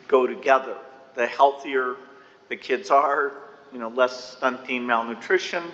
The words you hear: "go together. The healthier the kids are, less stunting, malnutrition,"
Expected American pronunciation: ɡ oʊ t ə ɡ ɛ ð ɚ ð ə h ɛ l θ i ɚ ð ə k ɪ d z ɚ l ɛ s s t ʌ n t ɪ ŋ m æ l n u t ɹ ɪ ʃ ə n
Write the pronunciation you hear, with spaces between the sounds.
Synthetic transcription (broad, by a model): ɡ oʊ t ə ɡ ɛ ð ɚ ð ə h ɛ l θ i ɚ ð ə k ɪ d z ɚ l ɛ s s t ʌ n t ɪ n m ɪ l n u t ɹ ɪ ʃ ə n